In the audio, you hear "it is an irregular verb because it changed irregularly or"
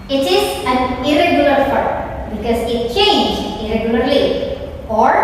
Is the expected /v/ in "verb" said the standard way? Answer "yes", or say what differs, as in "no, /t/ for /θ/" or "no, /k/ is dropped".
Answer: no, /p/ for /v/